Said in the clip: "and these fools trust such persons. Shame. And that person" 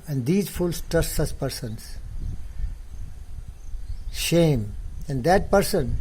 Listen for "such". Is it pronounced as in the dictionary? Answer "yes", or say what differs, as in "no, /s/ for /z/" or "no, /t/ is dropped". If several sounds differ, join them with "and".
no, /s/ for /tʃ/